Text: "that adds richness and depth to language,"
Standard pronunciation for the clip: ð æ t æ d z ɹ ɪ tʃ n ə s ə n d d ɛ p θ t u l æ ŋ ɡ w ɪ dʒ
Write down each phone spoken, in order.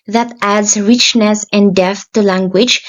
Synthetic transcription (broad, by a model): ð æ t æ d z ɹ ɪ tʃ n ə s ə n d d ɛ θ t u l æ ŋ ɡ w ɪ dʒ